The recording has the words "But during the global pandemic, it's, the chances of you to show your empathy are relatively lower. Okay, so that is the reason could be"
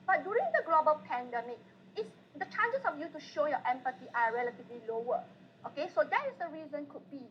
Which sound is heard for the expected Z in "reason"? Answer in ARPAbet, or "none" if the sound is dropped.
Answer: Z